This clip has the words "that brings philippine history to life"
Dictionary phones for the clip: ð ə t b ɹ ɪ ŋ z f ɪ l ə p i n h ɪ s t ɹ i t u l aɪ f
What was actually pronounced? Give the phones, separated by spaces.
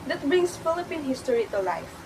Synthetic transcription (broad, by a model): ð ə t b ɹ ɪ ŋ s f ɪ l ə p i n h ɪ s t ɹ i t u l aɪ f